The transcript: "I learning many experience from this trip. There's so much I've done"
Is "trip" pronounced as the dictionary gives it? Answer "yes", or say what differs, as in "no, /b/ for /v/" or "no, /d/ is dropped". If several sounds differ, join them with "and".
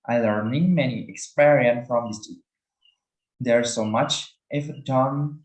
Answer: no, /ɹ/ is dropped